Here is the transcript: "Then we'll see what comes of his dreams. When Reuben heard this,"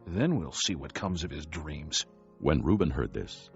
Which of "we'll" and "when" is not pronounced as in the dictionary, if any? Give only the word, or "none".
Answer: none